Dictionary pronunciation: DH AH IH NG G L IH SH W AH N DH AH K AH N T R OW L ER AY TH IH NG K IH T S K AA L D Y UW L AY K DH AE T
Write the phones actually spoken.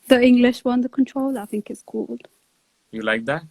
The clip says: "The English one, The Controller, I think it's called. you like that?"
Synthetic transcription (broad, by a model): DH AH IH NG G L IH SH W AH N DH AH K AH N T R OW L AY TH IH NG K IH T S K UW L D Y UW L AY K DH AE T